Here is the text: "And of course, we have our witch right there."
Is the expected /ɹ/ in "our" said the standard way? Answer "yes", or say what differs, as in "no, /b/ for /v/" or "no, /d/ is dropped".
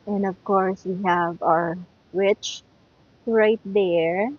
yes